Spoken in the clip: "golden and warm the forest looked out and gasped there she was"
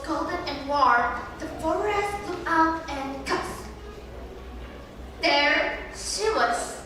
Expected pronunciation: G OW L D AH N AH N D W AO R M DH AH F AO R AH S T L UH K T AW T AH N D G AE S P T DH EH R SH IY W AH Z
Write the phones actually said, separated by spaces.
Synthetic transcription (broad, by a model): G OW L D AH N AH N W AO R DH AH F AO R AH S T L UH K AW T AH N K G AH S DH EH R SH IY W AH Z